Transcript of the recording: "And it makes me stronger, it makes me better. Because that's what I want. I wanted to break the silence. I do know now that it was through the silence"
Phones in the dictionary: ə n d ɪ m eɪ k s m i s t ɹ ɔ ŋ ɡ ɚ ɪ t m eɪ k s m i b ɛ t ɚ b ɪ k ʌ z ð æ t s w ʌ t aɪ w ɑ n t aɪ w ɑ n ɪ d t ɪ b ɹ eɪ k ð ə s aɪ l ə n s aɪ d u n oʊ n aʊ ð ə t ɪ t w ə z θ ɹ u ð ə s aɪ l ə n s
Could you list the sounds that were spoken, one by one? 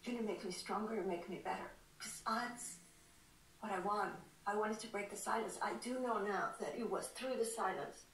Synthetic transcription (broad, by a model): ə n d ɪ m eɪ k m i s t ɹ ɔ ŋ ɡ ɚ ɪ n m eɪ k m i b ɛ t ɚ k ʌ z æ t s w ʌ t aɪ w ɑ n t aɪ w ɑ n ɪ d t ɪ b ɹ eɪ k ð ə s aɪ l ə n s aɪ d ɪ n oʊ n aʊ ð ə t ɪ t w ə z θ ɹ u ð ə s aɪ l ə n s